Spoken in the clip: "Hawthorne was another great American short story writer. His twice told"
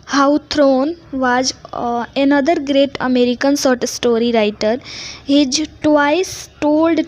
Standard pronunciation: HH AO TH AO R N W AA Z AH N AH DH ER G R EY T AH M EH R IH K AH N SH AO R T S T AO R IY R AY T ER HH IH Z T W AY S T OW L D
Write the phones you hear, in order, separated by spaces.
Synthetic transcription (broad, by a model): HH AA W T R N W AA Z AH N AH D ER G R EY T AH M EH R IH K AH N S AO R T S T AO R IY R AY T ER HH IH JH T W AY S T OW L D